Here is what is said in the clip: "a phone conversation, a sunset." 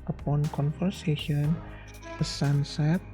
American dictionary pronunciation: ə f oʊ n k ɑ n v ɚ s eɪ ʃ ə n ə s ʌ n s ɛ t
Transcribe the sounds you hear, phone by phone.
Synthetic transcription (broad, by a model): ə p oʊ n k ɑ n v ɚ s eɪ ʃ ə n ə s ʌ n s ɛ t